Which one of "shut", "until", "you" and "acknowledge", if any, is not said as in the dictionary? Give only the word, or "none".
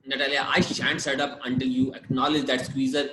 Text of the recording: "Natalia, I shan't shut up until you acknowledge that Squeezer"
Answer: shut